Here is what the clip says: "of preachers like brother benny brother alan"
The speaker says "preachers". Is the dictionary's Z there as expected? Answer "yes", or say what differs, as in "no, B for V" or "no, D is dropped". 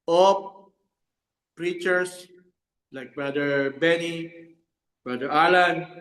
no, S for Z